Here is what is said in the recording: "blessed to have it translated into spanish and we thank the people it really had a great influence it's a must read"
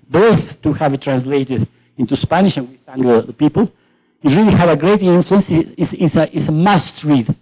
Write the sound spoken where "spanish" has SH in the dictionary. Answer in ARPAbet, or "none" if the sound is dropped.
SH